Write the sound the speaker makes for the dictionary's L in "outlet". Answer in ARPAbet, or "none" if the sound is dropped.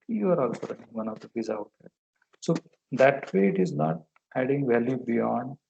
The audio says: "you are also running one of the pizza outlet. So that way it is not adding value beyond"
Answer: none